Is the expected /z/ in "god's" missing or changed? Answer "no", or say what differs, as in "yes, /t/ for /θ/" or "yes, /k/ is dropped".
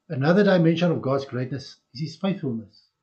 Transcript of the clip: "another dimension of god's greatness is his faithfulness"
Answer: no